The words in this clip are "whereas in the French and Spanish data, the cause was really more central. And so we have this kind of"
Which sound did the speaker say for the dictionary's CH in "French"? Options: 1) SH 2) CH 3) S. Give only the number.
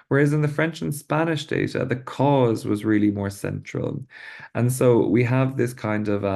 2